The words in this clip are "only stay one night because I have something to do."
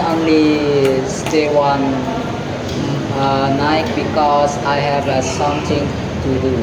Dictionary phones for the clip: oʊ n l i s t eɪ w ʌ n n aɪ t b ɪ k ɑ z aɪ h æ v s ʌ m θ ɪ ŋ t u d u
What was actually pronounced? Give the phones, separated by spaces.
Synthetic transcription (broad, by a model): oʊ n l i s t eɪ w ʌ n n aɪ t b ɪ k ɑ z aɪ h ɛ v s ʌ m t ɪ ŋ t u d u